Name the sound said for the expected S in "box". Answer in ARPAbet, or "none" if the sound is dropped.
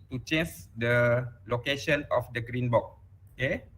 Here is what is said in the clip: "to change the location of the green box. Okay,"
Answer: none